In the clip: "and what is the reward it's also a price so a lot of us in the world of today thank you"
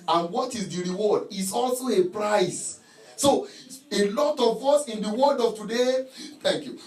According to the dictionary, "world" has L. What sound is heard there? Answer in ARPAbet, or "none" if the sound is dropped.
none